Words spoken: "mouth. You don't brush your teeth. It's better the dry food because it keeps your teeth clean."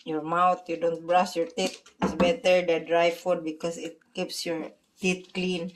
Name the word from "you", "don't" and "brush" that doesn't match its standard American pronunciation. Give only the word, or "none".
brush